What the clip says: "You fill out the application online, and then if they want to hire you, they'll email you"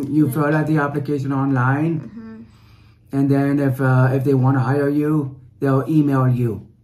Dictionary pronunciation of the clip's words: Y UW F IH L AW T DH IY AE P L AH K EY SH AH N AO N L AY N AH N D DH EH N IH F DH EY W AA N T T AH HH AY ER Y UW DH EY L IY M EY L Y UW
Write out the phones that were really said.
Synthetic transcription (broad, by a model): Y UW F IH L AW T DH IY AE P L AH K EY SH AH N AO N L AY N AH N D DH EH N IH F DH EY W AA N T T AH HH AY ER Y UW DH EY L IY M EY L Y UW